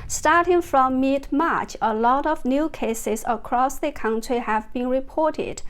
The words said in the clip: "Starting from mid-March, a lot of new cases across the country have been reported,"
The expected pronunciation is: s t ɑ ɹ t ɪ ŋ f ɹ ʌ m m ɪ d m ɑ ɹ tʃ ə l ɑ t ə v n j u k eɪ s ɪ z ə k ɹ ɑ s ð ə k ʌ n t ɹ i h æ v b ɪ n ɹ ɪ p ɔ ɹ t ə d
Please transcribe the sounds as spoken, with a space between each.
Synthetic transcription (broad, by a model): s t ɑ ɹ t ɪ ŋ f ɹ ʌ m m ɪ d m ɑ ɹ tʃ ə l ɑ t ə v n j u k eɪ s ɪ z ə k ɹ ɑ s ð ə k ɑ n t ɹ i h æ v b ɪ n ɹ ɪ p ɔ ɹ t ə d